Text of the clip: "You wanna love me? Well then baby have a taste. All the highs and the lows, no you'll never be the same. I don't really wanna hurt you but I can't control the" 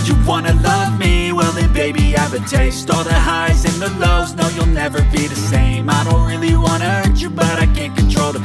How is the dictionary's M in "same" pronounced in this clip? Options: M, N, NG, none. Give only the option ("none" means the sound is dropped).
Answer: M